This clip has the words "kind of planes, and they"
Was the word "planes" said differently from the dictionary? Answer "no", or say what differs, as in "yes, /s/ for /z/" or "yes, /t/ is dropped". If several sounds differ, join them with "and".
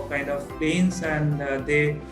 yes, /l/ is dropped and /s/ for /z/